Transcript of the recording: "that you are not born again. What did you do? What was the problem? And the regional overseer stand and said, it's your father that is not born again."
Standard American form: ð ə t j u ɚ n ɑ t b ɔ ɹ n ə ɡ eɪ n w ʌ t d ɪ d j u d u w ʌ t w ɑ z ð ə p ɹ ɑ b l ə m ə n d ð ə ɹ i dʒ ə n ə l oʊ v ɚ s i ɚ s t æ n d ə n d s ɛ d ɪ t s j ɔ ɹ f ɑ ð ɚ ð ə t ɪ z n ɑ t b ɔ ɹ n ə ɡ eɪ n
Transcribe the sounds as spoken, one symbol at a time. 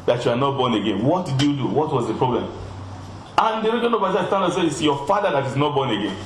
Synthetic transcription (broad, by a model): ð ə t j u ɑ n ɑ t b ɔ n ə ɡ eɪ n w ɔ t d ɪ d j u d u w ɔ t w ɑ z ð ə p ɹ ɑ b l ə m ə n d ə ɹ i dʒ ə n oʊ b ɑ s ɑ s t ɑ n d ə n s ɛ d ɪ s j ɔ f ɑ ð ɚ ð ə t ɪ z n ɑ t b ɔ n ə ɡ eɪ n